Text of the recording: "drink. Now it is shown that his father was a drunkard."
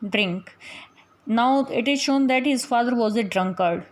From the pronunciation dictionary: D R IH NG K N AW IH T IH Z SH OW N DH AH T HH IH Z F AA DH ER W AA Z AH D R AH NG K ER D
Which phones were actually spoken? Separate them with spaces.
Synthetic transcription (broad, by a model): D R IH NG K N AW IH T IH Z SH OW N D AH T HH IH Z F AA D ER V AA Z AH D R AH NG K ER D